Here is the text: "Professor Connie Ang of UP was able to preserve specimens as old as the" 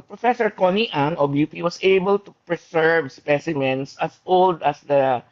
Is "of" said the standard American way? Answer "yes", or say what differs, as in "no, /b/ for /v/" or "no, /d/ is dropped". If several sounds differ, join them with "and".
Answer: no, /b/ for /v/